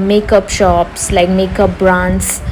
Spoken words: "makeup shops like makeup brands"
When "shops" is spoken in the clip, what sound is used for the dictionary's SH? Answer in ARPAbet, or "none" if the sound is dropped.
SH